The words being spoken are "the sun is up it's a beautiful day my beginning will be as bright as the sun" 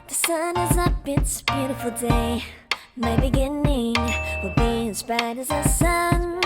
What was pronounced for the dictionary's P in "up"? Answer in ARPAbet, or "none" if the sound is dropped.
B